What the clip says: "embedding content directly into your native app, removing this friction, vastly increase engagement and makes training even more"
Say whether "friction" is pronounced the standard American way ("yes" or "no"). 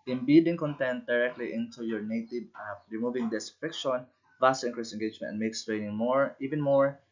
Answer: no